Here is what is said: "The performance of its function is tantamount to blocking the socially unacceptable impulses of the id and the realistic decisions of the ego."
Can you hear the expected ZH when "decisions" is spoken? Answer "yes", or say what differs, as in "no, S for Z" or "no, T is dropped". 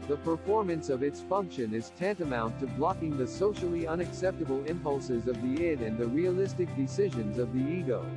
yes